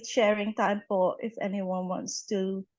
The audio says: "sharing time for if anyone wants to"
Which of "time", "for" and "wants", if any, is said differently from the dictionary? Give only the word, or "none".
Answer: for